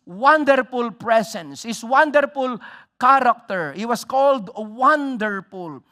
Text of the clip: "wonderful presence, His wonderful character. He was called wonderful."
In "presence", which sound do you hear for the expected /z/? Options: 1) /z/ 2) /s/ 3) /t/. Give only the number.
2